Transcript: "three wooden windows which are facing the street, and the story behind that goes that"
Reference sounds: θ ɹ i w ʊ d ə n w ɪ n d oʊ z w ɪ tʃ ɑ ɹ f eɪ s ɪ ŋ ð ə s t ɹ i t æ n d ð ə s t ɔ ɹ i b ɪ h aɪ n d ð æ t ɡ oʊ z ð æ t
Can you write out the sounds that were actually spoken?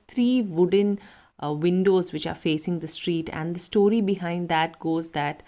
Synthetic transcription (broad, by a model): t ɹ i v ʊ d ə n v ɪ n d oʊ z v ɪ tʃ ɑ ɹ f eɪ s ɪ ŋ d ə s t ɹ i t æ n d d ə s t ɔ ɹ i b ɪ h aɪ n d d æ t ɡ oʊ z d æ t